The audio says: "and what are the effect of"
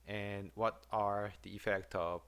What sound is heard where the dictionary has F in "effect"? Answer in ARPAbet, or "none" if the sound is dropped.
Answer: F